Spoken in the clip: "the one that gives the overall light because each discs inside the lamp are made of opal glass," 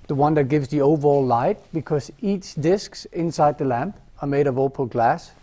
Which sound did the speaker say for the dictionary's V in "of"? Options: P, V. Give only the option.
V